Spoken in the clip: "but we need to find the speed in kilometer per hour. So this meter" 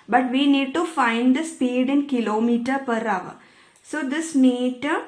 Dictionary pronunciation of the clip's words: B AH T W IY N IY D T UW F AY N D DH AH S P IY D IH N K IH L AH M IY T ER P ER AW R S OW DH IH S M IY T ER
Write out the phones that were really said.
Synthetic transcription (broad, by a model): B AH T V IY N IY D T UW F AY N D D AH S P IY D IH N K IH L AH M IY T ER P ER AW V S OW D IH S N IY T